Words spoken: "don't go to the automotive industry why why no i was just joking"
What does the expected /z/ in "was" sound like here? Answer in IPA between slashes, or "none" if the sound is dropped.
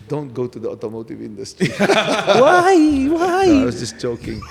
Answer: /s/